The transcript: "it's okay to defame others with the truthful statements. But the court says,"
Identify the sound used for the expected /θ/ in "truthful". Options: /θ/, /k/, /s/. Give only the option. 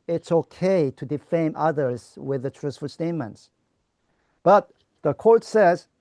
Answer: /s/